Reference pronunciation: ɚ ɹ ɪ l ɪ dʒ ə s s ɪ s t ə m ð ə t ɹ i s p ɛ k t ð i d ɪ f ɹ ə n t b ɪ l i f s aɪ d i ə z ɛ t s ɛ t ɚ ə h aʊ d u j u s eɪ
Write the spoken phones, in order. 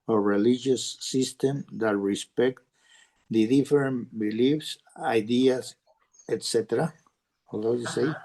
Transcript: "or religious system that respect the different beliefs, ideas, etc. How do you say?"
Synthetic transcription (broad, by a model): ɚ ɹ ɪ l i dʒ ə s s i s t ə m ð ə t ɹ i s p ɛ k t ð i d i f ɹ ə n b ɪ l i f s aɪ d i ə s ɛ t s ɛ t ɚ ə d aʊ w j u s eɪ